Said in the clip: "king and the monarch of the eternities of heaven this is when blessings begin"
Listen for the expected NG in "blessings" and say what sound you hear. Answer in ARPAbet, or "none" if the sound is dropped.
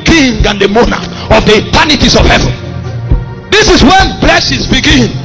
none